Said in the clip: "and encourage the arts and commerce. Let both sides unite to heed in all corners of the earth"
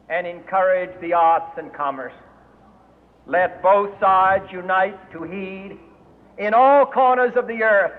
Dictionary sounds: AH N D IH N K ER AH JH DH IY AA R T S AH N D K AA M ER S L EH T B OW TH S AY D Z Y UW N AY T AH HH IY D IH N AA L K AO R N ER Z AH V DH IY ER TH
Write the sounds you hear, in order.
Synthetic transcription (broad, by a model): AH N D IH N K ER AH JH DH IY AA R T S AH N K AA M ER S L EH T B OW TH S AY D Z Y UW N AY T AH HH IY D IH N AA L K AO R N ER Z AH V DH IY ER TH